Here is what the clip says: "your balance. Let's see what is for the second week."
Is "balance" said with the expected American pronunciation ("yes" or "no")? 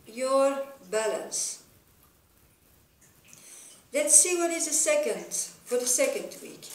yes